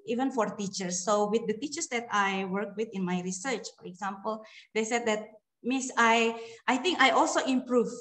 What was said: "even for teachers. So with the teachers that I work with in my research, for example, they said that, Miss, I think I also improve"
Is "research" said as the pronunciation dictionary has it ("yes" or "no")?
yes